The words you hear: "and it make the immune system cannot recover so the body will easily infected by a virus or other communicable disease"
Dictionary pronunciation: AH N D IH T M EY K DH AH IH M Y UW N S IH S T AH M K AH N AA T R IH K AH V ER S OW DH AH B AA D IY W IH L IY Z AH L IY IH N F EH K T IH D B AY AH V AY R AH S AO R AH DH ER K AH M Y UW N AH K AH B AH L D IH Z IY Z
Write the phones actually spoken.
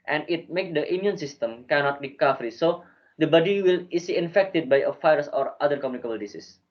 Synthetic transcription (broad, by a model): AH N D IH T M EY K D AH IH M Y UW N S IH S T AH M K AH N AA T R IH K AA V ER S OW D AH B AA D IY W IH L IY S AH IY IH N F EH K T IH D B AY AH F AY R S AO R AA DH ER K AH M Y UW N AH K AH B AH L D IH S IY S